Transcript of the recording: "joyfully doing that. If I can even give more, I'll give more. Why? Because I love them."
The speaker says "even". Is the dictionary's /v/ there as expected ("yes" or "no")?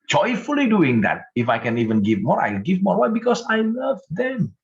yes